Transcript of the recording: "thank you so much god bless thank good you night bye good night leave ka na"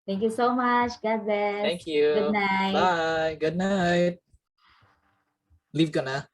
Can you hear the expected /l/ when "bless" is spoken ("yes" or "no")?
no